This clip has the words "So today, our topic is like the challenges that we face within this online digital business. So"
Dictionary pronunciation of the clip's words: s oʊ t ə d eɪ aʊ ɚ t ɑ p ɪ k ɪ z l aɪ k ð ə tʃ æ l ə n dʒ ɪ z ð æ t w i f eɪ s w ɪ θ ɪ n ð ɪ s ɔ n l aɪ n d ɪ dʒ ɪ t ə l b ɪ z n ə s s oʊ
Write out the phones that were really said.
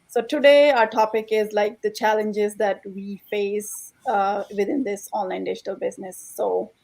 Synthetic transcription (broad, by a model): s oʊ t ə d eɪ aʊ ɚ t ɑ p ɪ k ɪ z l aɪ k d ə tʃ æ l ə n dʒ ɪ z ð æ t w i f eɪ s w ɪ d ɪ n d ɪ s ɔ n l aɪ n d ɪ dʒ ɪ t ə l b ɪ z n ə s s oʊ